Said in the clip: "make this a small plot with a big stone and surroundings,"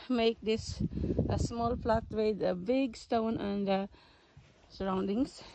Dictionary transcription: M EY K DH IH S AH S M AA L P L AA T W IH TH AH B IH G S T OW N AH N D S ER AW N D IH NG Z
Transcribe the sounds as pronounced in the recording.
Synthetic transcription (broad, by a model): M EY K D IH S AH S M AA L P L AA T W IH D AH B IH G S T OW N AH N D S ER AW N D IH NG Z